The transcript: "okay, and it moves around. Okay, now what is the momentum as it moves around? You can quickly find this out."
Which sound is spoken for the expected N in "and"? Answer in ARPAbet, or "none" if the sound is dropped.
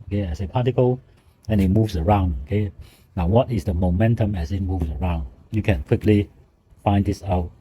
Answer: L